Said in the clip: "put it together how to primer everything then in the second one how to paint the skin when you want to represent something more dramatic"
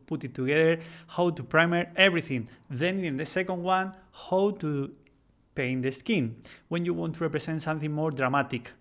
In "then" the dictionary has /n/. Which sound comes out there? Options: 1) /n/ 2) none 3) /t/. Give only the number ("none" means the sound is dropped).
1